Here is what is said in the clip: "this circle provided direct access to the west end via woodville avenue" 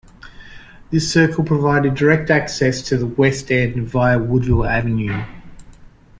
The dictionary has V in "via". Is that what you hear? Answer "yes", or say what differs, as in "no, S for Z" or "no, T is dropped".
yes